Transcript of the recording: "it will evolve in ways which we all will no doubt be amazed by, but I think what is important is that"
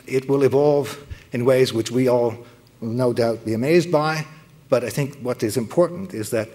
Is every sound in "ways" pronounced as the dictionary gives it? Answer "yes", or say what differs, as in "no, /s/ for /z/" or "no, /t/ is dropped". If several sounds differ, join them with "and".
yes